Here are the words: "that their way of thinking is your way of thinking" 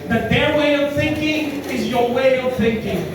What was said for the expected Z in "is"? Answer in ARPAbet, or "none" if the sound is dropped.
Z